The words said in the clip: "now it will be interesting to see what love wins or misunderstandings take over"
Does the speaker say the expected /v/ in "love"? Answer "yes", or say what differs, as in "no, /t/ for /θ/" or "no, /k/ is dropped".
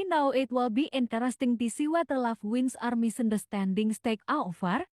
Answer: no, /f/ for /v/